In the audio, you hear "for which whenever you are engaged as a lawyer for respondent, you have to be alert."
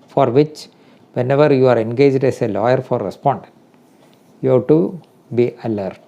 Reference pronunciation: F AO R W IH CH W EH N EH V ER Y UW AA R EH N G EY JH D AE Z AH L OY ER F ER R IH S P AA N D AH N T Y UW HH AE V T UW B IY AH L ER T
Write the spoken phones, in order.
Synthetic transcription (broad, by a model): F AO R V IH CH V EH N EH V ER Y UW AA R EH N G EY JH D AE S AH L OY ER F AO R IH S P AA N D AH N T Y UW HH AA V T UW B IY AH L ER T